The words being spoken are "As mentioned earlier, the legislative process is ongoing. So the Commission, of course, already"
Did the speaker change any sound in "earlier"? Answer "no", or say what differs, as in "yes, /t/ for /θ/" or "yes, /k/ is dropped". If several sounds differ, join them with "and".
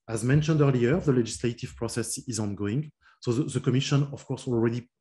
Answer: no